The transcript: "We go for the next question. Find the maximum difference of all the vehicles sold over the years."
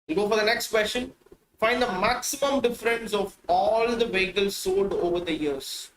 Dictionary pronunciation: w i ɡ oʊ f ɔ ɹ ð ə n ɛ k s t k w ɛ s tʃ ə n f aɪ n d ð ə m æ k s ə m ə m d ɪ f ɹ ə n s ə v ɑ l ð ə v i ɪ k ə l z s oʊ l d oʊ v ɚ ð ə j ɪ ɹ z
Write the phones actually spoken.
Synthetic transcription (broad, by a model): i ɡ oʊ f ɔ ɹ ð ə n ɛ k s t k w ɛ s ʃ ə n f aɪ n d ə m æ k s ə m ə m d ɪ f ɹ ə n s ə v ɑ l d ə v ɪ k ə l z s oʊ d oʊ v ɚ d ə j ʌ ɹ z